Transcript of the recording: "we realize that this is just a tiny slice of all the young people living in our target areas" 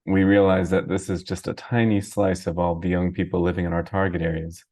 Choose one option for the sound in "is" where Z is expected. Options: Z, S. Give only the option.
Z